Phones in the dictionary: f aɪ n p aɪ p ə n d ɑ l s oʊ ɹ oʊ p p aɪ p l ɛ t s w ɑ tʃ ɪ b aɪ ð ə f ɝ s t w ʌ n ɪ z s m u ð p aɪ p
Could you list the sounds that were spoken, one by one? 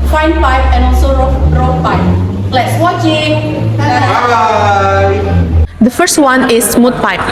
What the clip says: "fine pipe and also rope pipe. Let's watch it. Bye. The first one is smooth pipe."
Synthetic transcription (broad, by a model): f aɪ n p aɪ p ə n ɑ l s oʊ ɹ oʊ f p aɪ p l ɛ t s w ɑ tʃ ɪ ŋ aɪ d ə f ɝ s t w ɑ n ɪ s m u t p aɪ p